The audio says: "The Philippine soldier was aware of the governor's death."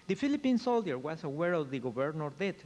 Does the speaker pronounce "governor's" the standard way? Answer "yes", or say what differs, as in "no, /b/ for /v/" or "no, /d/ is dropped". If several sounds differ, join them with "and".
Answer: no, /b/ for /v/